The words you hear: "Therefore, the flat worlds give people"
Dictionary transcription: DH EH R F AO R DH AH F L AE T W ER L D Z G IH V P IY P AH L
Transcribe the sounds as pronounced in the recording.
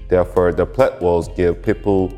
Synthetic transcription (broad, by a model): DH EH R F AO R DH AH P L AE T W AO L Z G IH V P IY P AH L